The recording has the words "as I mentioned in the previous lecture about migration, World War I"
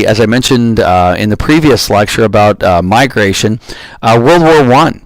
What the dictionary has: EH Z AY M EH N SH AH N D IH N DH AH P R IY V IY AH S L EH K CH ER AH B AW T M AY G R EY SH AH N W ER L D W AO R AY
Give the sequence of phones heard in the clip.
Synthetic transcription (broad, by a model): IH Z AY M EH N SH AH N D IH N DH AH P R IY V IY AH S L EH K CH ER AH B AW T M AY G R EY SH AH N W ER L D W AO R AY